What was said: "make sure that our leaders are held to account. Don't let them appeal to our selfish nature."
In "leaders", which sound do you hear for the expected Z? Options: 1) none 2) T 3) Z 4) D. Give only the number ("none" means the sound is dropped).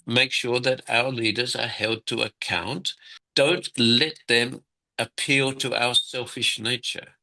3